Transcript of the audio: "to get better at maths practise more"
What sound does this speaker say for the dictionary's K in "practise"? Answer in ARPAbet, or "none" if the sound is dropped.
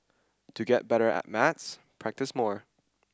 K